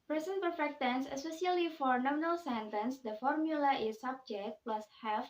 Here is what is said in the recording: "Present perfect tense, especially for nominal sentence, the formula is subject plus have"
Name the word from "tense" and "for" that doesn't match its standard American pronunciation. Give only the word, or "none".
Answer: none